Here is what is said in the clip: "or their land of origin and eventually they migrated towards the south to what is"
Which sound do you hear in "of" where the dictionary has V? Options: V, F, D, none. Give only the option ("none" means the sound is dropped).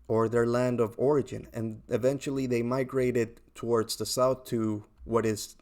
V